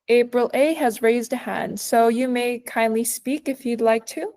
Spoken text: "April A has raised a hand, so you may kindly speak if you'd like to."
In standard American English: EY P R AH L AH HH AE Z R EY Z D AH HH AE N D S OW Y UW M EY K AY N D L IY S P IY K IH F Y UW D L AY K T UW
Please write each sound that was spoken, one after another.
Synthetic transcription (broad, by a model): EY P R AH L AH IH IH Z R EY Z D AH HH AE N D S OW Y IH M EY K AY N D L IY S P IY K IH F Y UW D L AY K T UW